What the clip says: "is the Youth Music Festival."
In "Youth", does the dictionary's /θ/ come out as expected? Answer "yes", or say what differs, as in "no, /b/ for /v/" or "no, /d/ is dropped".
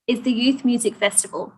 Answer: yes